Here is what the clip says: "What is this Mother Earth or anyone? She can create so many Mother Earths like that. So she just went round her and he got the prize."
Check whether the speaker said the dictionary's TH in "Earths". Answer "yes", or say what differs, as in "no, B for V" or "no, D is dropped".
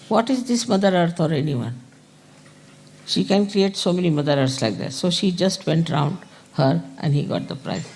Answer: no, T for TH